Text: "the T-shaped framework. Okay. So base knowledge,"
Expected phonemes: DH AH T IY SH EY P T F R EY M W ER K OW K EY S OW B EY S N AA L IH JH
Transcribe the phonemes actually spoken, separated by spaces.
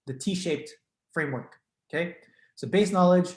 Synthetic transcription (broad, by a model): DH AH T IY SH EY P T F R EY M W ER K OW K EY S OW B EY S N AA L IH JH